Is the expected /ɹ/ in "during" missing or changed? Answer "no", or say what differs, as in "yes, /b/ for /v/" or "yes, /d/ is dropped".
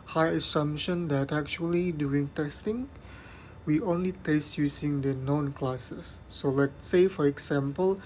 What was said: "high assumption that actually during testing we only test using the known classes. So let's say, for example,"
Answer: yes, /ɹ/ is dropped